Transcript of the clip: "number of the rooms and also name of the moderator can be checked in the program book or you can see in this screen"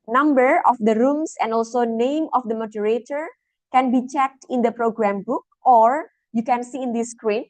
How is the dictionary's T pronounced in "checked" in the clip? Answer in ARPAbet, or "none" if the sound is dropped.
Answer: T